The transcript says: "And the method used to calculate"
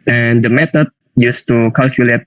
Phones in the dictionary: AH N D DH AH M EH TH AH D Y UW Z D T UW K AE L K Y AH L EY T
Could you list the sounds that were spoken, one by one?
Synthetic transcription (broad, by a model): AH N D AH M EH T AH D Y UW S T UW K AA L K Y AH L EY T